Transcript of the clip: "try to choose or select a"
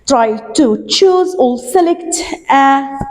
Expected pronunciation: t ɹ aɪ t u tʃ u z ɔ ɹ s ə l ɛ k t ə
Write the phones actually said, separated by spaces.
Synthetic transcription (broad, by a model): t ɹ aɪ t u tʃ u z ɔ l s ə l ɛ k t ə